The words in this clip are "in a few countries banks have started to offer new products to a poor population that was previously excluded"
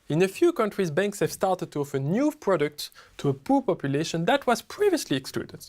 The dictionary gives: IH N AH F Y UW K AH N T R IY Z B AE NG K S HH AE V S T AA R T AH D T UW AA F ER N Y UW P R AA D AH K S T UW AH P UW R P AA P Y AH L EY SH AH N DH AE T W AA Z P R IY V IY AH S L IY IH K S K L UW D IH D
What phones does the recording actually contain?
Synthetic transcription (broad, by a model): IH N AH F Y UW K AH N T R IY Z B AE NG K S HH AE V S T AA R T AH D T UW AA F ER N Y UW P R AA D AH K T UW AH P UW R P AA P Y AH L EY SH AH N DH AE T W AA Z P R IY V IY AH S L IY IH K S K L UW D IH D